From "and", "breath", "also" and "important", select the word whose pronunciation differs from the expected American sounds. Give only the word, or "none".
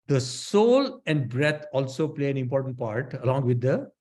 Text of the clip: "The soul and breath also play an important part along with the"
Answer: breath